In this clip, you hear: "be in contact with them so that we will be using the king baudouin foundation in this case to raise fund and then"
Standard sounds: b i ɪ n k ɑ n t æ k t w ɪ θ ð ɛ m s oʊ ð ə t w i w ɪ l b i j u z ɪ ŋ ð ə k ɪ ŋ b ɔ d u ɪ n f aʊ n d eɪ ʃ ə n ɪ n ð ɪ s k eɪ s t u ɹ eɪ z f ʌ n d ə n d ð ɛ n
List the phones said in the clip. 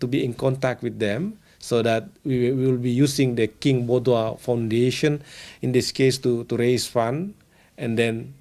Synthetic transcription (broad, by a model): b i ɪ n k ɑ n t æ k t w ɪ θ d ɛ m s oʊ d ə t w i w ɪ l b i j u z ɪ ŋ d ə k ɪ ŋ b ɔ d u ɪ f aʊ n d eɪ ʃ ə n ɪ n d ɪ s k eɪ s t u ɹ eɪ s f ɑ n ə n d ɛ n